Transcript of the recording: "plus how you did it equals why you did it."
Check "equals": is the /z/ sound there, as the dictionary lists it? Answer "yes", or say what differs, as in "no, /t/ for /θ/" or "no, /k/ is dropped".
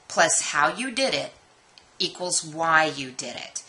yes